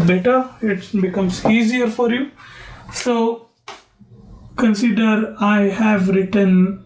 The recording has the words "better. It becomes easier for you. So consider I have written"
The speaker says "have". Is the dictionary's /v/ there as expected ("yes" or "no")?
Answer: yes